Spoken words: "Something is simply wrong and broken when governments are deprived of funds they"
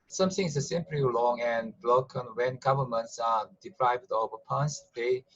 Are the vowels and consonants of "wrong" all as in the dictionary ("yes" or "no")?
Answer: no